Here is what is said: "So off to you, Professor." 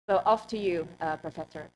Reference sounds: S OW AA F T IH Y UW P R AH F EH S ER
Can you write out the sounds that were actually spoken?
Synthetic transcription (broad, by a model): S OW AA F T IH Y UW P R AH F EH S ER